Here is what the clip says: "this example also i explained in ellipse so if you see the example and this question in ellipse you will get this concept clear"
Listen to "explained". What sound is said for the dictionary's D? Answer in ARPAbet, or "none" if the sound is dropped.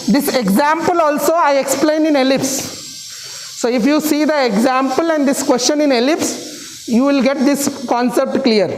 none